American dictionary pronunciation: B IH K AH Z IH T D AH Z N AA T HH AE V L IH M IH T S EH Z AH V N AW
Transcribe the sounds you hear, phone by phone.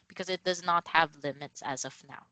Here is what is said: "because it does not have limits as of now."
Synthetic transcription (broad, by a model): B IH K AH Z IH T D AH Z N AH T HH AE V L IH M IH T S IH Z AH V N AW